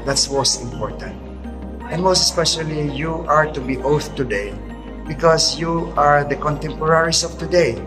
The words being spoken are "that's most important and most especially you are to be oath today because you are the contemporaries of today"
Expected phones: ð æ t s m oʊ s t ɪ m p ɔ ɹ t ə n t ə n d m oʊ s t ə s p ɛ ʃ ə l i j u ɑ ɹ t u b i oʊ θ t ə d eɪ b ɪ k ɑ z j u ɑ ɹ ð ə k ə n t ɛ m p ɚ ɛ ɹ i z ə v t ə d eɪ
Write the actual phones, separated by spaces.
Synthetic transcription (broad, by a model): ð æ t s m oʊ s t ɪ m p ɔ ɹ t ə n t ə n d m oʊ s t ə s p ɛ ʃ ə l i j u ɑ ɹ t u b i oʊ θ t ə d eɪ b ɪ k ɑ s j u ɑ ɹ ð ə k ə n t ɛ m p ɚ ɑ ɹ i s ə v t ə d eɪ